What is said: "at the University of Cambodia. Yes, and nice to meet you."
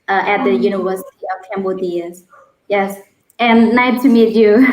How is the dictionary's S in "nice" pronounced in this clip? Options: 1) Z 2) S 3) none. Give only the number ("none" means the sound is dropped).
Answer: 3